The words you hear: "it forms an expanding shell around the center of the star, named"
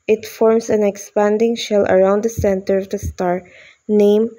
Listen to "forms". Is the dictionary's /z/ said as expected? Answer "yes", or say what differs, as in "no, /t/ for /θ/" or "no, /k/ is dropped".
no, /s/ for /z/